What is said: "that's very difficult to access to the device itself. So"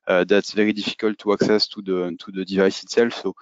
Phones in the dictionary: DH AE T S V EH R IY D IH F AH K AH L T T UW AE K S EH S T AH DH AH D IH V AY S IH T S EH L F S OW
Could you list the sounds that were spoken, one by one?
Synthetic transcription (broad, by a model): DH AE T S V EH R IY D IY F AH K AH L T T UW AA K S EH S T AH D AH D IH V AY S IH T S EH L F S OW